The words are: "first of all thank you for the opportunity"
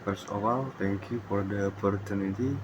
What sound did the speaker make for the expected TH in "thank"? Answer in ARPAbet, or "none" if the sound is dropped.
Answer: T